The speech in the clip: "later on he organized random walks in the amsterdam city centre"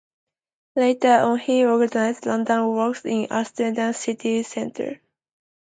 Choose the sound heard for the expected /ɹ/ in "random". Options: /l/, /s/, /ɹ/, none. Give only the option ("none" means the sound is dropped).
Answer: /l/